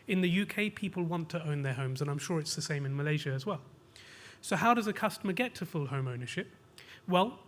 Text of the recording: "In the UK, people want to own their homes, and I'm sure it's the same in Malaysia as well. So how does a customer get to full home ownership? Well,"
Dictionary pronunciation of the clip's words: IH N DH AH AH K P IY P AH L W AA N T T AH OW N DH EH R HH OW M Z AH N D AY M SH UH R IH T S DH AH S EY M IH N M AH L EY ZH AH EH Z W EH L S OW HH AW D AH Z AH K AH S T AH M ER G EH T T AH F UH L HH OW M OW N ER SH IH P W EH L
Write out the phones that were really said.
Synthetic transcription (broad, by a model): IH N DH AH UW K P IY P AH L W AA N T T AH OW N DH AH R HH OW M Z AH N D AY M SH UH R IH T S DH AH S EY M IH N M AH L EY ZH AH Z W EH L S OW HH AW D AH Z AH K AH S T AH M ER G EH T T AH F UH L HH OW M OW N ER SH IH P W EH L